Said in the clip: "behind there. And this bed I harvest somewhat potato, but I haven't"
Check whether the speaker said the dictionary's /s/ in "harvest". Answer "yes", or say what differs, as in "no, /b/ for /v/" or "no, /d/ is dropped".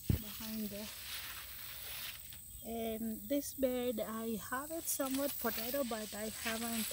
no, /s/ is dropped